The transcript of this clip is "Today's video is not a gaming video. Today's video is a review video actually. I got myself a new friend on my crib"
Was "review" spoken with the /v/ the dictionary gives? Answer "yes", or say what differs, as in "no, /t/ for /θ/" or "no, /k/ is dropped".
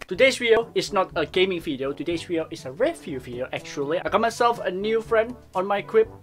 no, /f/ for /v/